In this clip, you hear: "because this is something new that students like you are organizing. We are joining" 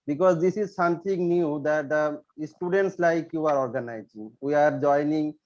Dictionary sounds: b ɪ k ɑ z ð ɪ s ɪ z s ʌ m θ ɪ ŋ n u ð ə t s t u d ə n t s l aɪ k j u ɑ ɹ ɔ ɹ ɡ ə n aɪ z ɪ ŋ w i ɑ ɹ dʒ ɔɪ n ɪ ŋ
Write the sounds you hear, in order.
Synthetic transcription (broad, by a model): b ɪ k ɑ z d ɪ s ɪ z s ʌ m t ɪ ŋ n u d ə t s t u d ə n t s l aɪ k j u ɑ ɹ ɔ ɹ ɡ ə n aɪ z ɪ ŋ w i ɑ ɹ dʒ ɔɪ n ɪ ŋ